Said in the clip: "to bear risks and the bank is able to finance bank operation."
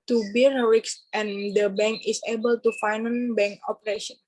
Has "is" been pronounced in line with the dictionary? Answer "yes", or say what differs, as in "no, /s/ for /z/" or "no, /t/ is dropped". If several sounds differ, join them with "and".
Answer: no, /s/ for /z/